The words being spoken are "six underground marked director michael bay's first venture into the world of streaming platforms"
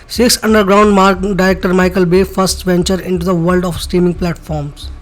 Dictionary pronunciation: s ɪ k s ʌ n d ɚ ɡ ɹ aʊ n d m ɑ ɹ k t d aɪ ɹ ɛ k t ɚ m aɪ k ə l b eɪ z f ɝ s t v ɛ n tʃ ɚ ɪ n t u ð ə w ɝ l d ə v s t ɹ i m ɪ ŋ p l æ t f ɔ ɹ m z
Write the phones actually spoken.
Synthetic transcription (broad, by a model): s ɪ k s ʌ n d ɚ ɡ ɹ aʊ n d m ɑ ɹ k d aɪ ɹ ɛ k t ɚ m aɪ k ə l b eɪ f ɝ s t v ɛ n tʃ ɚ ɪ n t u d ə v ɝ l d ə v s t i m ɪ ŋ p l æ t f ɔ ɹ m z